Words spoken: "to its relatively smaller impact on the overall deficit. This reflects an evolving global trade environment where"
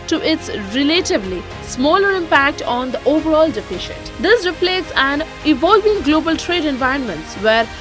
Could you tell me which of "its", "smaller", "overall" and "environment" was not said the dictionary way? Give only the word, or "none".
none